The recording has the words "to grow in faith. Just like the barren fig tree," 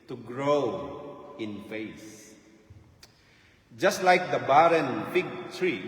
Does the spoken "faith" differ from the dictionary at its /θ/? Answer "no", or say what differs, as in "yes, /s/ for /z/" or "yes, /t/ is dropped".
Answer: yes, /s/ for /θ/